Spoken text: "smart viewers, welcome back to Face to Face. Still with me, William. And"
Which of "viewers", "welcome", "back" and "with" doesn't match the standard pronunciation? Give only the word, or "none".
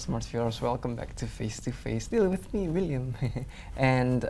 viewers